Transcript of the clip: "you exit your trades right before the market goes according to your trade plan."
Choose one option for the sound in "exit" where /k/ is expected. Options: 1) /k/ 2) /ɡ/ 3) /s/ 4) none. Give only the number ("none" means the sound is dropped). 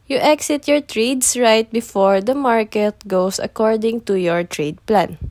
1